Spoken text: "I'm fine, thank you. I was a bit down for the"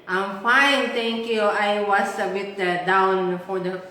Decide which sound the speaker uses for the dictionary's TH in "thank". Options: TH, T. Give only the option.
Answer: T